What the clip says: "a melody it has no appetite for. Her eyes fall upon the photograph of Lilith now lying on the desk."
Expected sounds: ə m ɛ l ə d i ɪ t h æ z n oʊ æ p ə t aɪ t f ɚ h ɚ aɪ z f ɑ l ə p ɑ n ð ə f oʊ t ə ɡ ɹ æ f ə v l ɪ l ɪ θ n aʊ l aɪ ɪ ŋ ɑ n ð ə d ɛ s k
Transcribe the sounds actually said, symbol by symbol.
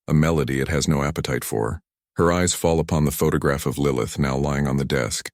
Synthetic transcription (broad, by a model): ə m ɛ l ə d i ɪ t h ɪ z n oʊ æ p ə t aɪ t f ɚ h ɚ aɪ z f ɑ l ə p ɑ n ð ə f oʊ t ə ɡ ɹ æ f ə v l ɪ l ɪ θ n aʊ l aɪ ɪ ŋ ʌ n ð ə d ɛ s k